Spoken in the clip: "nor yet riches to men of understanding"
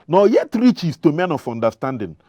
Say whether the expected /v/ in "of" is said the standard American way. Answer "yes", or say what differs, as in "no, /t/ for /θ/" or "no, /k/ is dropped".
no, /f/ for /v/